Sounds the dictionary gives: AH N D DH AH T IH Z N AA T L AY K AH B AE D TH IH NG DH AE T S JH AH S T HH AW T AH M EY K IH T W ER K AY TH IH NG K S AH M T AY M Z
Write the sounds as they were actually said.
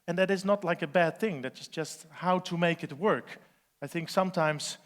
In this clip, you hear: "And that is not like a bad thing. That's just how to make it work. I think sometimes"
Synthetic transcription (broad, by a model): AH N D DH AH T IH Z N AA T L AY K AH B AE D TH IH NG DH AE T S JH AH S T HH AW T AH M EY K IH T W ER K AY TH IH NG K S AH M T AY M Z